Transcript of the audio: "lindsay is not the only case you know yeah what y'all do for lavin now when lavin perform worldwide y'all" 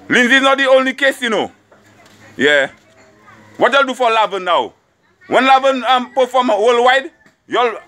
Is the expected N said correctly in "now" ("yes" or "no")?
yes